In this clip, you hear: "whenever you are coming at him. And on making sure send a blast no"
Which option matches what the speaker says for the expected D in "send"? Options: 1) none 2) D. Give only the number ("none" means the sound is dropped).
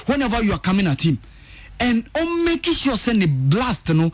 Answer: 1